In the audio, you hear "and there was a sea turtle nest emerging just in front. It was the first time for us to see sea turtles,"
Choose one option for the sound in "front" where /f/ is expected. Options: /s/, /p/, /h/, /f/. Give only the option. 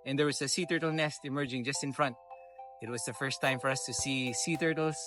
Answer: /f/